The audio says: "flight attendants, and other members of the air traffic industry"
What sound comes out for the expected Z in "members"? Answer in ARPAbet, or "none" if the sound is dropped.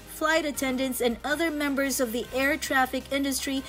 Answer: Z